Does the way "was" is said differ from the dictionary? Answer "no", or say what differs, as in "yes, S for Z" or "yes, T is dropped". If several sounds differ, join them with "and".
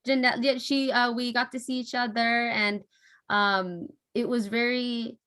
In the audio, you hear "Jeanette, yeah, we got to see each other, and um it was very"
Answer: no